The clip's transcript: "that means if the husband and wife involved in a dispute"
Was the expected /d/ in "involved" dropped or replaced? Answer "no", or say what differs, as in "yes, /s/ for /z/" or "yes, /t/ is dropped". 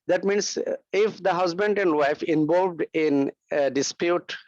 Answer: no